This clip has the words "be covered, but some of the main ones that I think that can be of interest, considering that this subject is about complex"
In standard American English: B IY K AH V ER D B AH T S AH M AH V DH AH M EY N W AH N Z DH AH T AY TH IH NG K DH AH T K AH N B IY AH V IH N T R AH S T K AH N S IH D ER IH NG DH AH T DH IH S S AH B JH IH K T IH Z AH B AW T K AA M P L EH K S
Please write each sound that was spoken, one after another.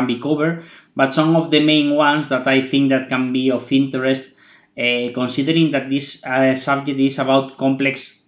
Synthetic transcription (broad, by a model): B IY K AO B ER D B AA T S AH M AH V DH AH M EY N W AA N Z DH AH T AY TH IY NG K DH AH T K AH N B IY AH F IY N T R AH S T K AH N S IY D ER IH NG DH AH T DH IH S S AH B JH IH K T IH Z AH B AW T K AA M P L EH K S